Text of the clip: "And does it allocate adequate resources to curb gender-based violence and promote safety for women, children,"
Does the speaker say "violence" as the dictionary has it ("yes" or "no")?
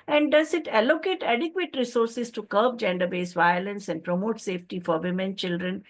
yes